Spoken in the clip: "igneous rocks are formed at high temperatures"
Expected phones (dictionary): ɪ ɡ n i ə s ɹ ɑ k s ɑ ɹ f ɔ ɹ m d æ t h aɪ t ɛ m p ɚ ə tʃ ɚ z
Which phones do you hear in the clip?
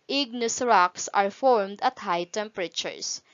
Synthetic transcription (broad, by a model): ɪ ɡ n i s ɹ ɑ k s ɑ ɹ f ɔ ɹ m d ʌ t h aɪ t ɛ m p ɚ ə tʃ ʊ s